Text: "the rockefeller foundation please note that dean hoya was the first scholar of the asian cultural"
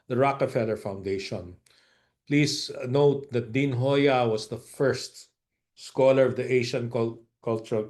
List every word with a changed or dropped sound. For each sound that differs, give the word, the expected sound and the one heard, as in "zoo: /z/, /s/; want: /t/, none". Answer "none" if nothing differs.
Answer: please: /z/, /s/; was: /z/, /s/; asian: /ʒ/, /ʃ/